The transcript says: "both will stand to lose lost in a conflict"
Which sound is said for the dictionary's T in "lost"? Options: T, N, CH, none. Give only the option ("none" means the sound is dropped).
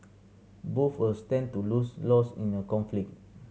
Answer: none